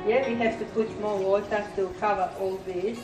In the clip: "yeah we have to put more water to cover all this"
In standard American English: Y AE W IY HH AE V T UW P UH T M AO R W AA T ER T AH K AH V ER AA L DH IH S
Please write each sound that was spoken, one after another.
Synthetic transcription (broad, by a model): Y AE W IY HH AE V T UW P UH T M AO L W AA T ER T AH K AH V ER AA L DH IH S